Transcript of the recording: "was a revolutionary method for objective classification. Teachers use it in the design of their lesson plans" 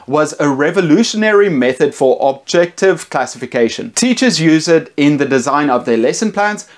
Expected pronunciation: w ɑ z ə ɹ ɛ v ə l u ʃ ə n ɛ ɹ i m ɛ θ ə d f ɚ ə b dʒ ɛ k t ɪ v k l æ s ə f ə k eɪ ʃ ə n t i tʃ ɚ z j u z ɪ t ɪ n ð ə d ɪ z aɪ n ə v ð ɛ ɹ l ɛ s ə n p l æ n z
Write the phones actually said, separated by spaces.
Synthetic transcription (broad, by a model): w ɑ z ə ɹ ɛ v ə l u ʃ ə n ɛ ɹ i m ɛ θ ə d f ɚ ə b dʒ ɛ k t ɪ v k l æ s ə f ə k eɪ ʃ ə n t i tʃ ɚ z j u z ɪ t ɪ n ð ə d ɪ z aɪ n ə v ð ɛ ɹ l ɛ s ə n p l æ n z